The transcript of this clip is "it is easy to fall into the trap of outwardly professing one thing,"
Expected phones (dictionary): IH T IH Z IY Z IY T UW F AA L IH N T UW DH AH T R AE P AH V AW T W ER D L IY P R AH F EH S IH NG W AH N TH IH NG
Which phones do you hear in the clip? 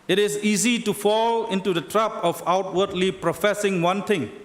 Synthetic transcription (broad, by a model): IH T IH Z IY Z IY T UW F AA L IH N T UW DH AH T R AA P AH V AW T W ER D L IY P R AH F EH S IH NG W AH N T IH NG